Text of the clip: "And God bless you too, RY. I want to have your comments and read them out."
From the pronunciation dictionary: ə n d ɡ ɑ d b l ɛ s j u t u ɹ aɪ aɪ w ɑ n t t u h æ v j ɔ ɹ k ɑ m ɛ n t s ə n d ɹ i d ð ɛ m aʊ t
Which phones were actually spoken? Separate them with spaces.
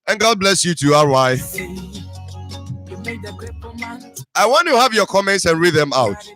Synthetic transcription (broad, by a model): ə n ɡ ɑ d b l ɛ s j u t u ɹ aɪ aɪ w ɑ n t t u h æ v j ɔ k ɑ m ɛ n t s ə n ɹ i d ð ɛ m aʊ t